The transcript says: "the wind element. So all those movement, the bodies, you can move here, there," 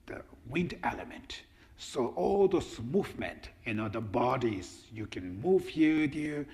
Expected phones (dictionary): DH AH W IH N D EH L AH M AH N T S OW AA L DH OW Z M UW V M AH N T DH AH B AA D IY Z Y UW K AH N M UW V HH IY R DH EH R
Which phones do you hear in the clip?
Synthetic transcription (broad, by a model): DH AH W IH N D EH L AH M AH N T S OW AA L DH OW S M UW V M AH N T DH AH B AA D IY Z Y UW K AH N M UW V HH IY R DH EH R